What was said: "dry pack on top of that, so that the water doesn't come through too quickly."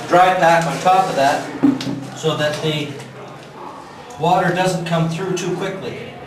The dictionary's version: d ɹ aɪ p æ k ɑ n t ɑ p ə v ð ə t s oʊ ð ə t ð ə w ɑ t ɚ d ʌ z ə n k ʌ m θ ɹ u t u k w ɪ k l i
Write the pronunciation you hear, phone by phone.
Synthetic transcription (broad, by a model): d ɹ aɪ b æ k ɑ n t ɑ p ə v ð ə t s oʊ ð ə t ð ə w ɑ t ɚ d ʌ z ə n k ʌ m θ ɹ u t u k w ɪ k l i